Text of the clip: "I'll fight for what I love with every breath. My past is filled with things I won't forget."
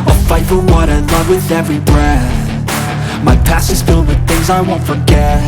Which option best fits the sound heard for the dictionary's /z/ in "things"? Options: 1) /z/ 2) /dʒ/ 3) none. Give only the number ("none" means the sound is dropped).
1